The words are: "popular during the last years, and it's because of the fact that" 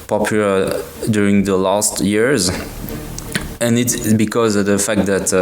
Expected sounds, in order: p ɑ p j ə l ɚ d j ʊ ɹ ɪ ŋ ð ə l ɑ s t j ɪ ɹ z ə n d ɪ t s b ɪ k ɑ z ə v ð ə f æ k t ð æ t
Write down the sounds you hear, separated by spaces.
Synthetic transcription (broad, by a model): p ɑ p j l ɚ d j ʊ ɹ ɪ ŋ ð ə l ɑ s t j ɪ ɹ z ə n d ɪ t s b ɪ k ɑ z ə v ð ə f æ k t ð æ t